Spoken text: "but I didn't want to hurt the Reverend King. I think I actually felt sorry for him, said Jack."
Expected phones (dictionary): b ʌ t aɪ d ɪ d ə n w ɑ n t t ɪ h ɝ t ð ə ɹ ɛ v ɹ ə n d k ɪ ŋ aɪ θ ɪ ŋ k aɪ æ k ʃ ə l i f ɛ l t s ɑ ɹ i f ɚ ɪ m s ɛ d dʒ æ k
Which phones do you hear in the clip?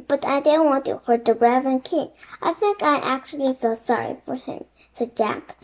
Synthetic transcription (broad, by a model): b ʌ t aɪ d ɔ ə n w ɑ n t t ɪ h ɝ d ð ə ɹ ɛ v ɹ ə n k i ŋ aɪ θ ɪ ŋ k aɪ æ k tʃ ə l i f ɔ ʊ s ɑ ɹ i f ɚ ɪ m s ɛ d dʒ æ k